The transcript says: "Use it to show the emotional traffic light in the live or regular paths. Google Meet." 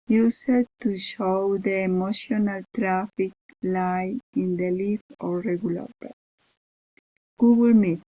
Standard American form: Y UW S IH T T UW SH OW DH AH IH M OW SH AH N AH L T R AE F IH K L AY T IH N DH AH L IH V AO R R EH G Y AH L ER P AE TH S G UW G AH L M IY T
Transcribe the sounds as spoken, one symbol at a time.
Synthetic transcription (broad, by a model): Y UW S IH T T UW SH OW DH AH M OW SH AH N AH L T R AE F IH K L AY IH N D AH L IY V AO R R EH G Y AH L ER B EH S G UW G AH L M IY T